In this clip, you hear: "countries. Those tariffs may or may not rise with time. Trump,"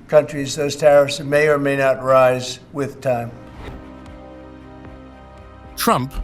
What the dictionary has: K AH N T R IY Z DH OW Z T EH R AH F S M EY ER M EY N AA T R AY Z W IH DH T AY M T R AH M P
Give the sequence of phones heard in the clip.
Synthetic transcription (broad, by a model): K AH N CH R IY Z DH OW Z T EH R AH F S M EY ER M EY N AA T R AY Z W IH DH T AY M T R AH M P